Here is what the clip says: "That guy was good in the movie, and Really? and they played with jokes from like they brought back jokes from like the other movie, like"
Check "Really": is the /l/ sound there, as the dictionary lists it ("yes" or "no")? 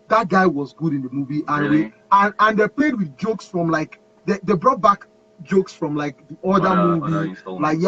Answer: no